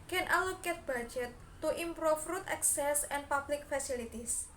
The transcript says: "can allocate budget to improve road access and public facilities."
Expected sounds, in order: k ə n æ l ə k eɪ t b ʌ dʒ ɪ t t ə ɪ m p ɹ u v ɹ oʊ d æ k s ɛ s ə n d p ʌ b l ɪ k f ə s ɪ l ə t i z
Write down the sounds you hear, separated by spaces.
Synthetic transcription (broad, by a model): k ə n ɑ l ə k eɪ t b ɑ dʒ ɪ t t ə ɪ m p ɹ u f ɹ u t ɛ k s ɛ s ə n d p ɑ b l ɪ k f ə s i l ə t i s